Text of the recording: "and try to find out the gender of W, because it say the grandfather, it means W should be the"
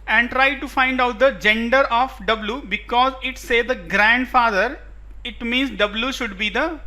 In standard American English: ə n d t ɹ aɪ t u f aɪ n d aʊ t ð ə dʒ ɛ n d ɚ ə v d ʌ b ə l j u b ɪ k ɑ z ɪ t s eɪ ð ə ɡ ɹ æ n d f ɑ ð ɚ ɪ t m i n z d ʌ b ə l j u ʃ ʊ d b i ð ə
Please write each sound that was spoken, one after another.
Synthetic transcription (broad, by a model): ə n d t ɹ aɪ t u f aɪ n d aʊ t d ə dʒ ɛ n d ɚ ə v d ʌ b l j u b ɪ k ɑ z ɪ t s eɪ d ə ɡ ɹ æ n d f ɑ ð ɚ ɪ t m i n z d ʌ b l j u ʃ ʊ d b i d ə